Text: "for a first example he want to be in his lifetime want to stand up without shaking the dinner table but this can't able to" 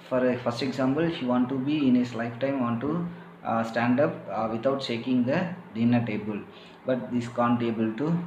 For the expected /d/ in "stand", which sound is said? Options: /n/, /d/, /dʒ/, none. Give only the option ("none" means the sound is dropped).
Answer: /d/